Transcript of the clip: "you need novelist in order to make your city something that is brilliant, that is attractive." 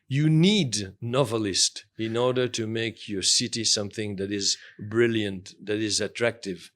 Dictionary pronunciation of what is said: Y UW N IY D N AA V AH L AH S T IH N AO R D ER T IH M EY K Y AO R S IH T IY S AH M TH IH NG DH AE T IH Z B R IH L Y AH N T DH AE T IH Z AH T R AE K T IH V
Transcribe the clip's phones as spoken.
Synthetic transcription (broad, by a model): Y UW N IY D N AA V AH L AH S T IH N AO R D ER T IH M EY K Y AO R S IH T IY S AH M TH IH NG DH AE T IH Z B R IH L Y AH N T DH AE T IH Z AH T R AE K T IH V